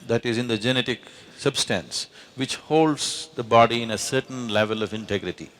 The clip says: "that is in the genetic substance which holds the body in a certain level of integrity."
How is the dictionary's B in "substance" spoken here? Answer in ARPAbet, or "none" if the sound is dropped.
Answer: B